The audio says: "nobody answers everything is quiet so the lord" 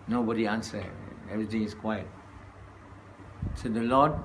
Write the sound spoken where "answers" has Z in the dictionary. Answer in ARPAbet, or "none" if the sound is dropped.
none